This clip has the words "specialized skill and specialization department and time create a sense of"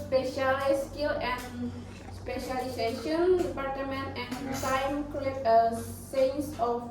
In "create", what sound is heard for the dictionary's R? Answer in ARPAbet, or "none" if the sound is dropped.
none